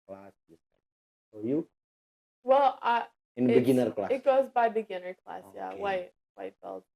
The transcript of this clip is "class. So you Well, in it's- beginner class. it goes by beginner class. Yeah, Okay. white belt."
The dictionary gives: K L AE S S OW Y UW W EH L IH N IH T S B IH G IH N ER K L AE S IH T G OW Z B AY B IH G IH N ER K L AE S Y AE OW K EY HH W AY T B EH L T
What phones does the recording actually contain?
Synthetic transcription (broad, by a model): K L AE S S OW Y UW W EH L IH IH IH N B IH G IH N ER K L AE IH T G OW Z B AY B IH G IH N ER K L AE S Y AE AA IH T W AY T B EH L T